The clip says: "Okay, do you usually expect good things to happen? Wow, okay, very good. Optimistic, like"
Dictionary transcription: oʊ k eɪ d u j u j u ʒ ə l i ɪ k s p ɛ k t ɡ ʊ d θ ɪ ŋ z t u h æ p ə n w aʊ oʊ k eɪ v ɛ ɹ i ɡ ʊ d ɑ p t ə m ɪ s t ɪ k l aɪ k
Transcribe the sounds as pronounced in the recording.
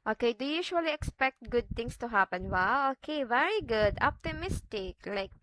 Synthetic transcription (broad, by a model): oʊ k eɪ d u j u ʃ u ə l i ɪ k s p ɛ k t ɡ ʊ d t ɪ ŋ s t u h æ p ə n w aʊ oʊ k eɪ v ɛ ɹ i ɡ ʊ d ɑ p t ə m ɪ s t ɪ k l aɪ k